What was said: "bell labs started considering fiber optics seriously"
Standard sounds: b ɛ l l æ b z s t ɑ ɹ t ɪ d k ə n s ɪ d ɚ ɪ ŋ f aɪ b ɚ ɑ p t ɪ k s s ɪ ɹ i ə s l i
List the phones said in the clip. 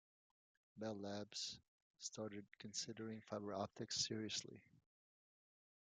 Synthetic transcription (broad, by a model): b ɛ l l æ b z s t ɑ ɹ t ɪ d k ə n s ɪ d ɚ ɪ ŋ f aɪ b ɚ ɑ p t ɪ k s s ɪ ɹ i ə s l i